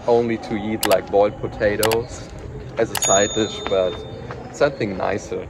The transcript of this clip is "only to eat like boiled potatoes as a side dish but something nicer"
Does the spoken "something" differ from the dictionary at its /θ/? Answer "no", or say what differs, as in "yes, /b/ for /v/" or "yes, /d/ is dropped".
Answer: no